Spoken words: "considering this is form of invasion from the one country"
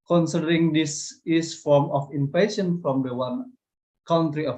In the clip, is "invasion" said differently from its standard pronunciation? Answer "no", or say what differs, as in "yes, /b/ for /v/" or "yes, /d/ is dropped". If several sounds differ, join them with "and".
yes, /s/ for /ʒ/